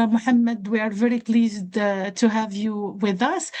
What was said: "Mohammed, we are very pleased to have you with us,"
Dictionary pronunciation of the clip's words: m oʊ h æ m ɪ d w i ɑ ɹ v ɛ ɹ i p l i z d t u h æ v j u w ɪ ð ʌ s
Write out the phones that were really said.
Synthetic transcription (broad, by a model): m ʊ h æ m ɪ d w i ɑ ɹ v ɛ ɹ i p l i z d t u h æ v j u w ɪ ð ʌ s